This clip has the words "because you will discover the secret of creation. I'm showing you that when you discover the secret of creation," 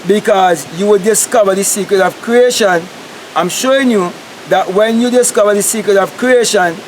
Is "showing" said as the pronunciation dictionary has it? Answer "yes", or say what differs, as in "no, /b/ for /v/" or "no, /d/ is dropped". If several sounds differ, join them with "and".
yes